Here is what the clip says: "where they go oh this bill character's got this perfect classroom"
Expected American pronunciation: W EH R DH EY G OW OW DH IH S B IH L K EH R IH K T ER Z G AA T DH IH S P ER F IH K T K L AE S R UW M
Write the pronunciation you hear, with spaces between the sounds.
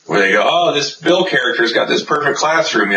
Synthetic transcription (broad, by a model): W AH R DH EY G OW OW DH IH S B IH L K EH R IH K T ER Z G AA T DH IH S P ER F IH K K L AE S R UW M